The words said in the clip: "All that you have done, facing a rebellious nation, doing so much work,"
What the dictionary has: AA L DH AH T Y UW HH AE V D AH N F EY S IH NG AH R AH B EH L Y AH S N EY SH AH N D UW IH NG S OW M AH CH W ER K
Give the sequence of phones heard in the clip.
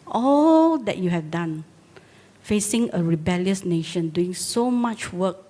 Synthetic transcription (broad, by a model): AA L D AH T Y UW HH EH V D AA N F EY S IH NG AH R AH B EH L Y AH S N EY SH AH N D UW IH NG S OW M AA CH W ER K